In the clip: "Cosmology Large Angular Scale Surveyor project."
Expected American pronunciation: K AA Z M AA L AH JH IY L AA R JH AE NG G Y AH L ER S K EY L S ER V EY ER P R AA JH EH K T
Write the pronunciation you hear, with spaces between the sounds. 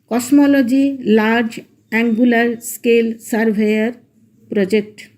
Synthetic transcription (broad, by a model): K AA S M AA L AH JH IY L AA R JH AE NG G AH L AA S K EY L S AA B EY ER P R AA JH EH K T